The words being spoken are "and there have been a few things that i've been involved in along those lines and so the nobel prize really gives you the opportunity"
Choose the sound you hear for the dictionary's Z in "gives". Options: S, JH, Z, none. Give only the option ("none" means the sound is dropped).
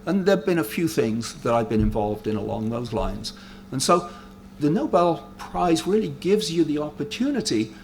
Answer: Z